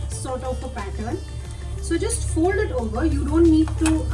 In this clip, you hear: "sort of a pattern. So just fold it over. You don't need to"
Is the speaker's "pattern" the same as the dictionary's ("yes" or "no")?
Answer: yes